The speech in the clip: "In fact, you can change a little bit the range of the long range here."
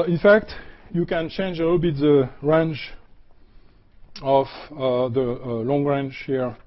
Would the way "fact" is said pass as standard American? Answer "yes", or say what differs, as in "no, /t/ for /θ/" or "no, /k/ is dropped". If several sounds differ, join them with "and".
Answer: yes